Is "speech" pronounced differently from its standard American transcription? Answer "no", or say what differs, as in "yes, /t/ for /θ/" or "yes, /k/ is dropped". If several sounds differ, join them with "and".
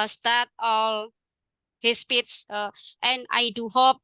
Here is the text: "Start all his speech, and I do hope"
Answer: yes, /s/ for /tʃ/